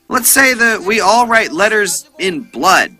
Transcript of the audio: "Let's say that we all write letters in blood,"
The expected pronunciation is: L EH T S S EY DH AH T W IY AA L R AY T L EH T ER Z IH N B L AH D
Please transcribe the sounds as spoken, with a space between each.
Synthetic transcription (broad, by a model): L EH T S S EY DH AH T W IY AA L R AY T L EH T ER Z IH N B L AH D